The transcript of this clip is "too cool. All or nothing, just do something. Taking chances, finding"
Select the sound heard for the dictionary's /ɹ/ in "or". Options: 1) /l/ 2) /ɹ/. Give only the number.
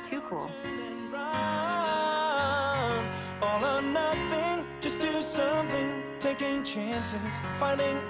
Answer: 1